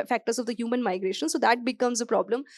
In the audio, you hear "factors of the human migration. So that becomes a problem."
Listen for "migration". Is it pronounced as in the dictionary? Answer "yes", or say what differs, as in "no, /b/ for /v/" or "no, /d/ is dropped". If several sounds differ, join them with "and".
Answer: yes